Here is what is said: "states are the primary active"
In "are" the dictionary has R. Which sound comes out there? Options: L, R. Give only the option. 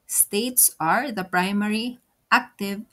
R